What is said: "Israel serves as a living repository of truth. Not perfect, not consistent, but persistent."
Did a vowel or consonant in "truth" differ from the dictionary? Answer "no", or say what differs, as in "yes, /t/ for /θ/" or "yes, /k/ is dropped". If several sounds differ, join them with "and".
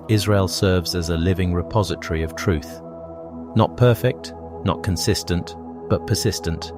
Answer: no